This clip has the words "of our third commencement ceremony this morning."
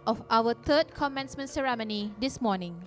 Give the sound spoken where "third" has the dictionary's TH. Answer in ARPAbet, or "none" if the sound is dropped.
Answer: T